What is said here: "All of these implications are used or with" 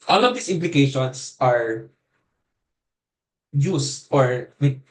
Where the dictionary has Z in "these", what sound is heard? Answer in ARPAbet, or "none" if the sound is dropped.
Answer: S